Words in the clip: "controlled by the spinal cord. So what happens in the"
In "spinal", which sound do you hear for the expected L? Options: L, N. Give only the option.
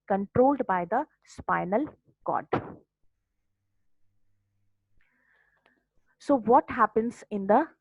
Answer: L